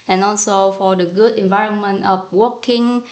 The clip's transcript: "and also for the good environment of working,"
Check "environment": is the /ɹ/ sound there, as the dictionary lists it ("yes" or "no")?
yes